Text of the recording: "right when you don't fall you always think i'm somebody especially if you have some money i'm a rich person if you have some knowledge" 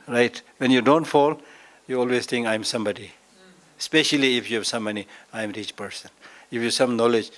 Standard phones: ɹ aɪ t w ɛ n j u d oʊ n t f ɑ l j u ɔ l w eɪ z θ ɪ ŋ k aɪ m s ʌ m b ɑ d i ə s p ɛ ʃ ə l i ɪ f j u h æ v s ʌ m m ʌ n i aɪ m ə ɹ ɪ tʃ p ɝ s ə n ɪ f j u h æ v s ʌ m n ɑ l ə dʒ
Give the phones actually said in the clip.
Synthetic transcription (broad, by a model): ɹ aɪ t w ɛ n j u d oʊ n t f ɑ l j u ɔ l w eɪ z t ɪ ŋ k aɪ m s ʌ m b ɑ d i s p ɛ ʃ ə l i ɪ f j u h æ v s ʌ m m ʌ n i aɪ m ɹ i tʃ p ɝ s ə n ɪ f j u s ʌ m n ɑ l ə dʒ